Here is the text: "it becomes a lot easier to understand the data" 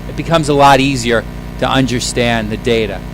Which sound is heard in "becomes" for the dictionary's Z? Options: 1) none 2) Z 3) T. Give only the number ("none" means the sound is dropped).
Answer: 2